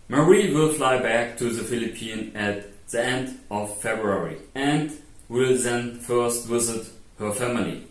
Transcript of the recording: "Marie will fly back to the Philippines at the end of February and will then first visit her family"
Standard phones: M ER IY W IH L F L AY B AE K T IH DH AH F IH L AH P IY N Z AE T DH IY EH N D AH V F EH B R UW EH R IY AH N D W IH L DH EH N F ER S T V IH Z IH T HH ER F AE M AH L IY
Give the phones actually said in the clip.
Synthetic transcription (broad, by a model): M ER IY W IH L F L AY B AE K T IH DH AH F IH L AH P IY N AE T DH IY EH N D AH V F EH B R UW EH R IY AH N D W IH L DH EH N F ER S T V IH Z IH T HH ER F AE M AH L IY